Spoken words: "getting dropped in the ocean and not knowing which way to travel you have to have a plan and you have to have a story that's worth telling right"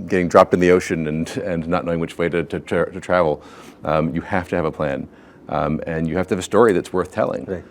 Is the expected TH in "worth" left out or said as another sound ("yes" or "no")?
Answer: no